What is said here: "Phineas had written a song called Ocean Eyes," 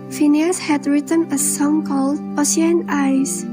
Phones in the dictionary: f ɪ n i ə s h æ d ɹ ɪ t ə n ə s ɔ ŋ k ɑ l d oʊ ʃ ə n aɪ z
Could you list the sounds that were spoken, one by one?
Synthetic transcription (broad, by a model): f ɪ n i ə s h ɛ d ɹ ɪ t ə n ə s ɔ ŋ k ɑ l d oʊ s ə n aɪ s